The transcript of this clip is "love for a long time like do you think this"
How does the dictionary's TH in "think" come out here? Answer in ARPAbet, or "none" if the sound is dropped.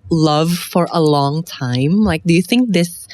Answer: TH